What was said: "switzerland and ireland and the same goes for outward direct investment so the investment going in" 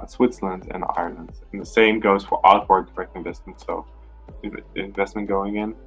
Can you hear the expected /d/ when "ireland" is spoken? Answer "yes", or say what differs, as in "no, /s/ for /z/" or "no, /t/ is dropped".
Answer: yes